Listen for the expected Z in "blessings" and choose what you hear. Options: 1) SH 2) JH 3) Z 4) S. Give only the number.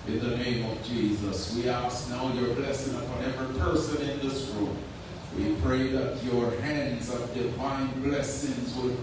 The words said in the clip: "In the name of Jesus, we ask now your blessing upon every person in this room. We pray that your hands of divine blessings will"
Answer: 3